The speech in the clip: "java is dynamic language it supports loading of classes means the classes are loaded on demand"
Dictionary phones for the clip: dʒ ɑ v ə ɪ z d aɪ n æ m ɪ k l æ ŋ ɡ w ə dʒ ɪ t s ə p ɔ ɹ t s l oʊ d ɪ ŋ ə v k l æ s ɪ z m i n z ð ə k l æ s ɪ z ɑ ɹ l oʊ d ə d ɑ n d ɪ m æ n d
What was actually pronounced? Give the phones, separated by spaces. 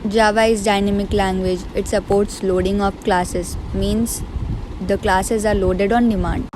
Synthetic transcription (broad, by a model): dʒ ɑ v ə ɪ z d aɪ n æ m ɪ k l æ ŋ ɡ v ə dʒ ɪ t s ə p ɔ ɹ t s l oʊ d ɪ ŋ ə p k l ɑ s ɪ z m i n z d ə k l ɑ s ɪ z ɑ ɹ l oʊ d ə d ɑ n d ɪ m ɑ n d